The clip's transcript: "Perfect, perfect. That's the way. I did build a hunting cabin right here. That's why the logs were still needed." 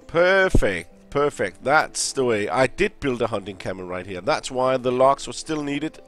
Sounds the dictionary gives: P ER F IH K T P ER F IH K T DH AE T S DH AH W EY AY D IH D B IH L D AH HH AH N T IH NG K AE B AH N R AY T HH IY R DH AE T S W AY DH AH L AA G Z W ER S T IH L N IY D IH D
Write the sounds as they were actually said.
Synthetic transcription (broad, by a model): P ER F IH K T P ER F IH K T DH AE T S DH AH W EY AY D IH D B IH L D AH HH AH N T IH NG K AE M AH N R AY T HH IY R DH AE T S W AY DH AH L AA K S W ER S T IH L N IY D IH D